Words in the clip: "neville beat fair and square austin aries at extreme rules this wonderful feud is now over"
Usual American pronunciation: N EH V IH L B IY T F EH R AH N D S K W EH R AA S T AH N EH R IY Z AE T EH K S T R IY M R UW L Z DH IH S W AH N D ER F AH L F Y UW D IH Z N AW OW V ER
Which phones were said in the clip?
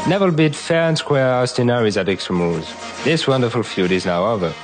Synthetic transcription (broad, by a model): N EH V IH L B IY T F EH R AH N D S K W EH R AA S T AH N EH R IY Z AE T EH K S T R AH M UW Z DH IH S W AH N D ER F AH L F Y UW D IH Z N AW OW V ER